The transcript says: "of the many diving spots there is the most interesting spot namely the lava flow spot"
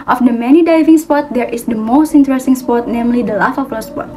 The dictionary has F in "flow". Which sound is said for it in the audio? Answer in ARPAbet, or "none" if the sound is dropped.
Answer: P